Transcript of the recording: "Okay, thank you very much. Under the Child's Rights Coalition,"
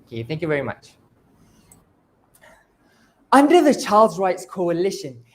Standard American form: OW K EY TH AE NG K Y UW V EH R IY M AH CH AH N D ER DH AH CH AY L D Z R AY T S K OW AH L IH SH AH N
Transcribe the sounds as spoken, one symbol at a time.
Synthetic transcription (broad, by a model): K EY TH AE NG K Y UW V EH R IY M AH CH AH N D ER DH AH CH AY L D Z R AY T S K OW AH L IH SH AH N